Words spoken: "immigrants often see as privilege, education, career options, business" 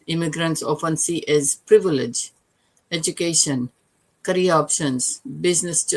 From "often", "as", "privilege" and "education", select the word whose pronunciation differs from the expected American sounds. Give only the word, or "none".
none